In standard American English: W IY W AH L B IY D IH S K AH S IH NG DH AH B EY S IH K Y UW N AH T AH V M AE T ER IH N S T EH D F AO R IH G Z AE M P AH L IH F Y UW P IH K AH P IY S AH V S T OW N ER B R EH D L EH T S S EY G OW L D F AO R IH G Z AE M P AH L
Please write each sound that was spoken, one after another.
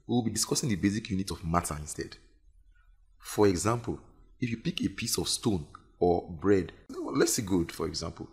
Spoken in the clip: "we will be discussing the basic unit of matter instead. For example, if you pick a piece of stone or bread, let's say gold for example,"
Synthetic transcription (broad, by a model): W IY W AH L B IY D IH S K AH S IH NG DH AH B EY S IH K Y UW N AH T AH V M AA T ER IH N S T EH D F AO R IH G Z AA M P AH L IH F Y UW P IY K AH P IY S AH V S T OW N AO B R EH D L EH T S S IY G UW D F AO R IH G Z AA M P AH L